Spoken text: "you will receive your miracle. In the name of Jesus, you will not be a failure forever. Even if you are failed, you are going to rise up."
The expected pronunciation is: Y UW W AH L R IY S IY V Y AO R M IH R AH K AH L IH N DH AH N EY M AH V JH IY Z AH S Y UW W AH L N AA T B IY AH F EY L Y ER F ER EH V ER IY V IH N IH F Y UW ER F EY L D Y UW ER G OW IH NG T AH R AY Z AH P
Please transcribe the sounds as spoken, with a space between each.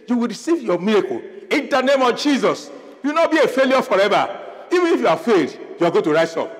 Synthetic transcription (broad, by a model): Y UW W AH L R IY S IY V Y AO M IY R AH K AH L IH N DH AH N EY M AH V JH IY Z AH S Y UW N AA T B IY AH F EY L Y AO F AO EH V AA IY V IH N IH F Y UW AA F EY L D Y UW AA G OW T AH R AY S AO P